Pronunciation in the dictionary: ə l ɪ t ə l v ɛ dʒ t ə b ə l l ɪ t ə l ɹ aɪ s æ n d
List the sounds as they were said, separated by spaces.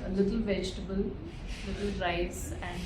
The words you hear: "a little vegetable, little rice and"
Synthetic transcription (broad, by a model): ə l ɪ t ə l v ɛ dʒ t ə b ə l l ɪ t ə l ɹ aɪ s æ n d